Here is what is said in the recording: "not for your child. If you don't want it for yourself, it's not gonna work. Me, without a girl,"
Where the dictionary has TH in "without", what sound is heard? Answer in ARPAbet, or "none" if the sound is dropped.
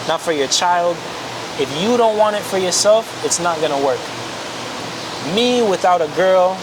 TH